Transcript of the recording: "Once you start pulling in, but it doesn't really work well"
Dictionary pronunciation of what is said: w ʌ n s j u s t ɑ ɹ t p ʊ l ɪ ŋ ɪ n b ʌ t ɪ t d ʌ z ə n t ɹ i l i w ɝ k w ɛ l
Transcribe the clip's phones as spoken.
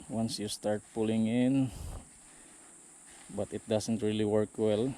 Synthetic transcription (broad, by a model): w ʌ n s j u s t ɑ ɹ t p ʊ l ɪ ŋ ɪ n b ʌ t ɪ t d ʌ s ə n t ɹ i l i w ɝ k w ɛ l